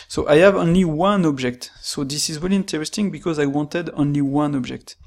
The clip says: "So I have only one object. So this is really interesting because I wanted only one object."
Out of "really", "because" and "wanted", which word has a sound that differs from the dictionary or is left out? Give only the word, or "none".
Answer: really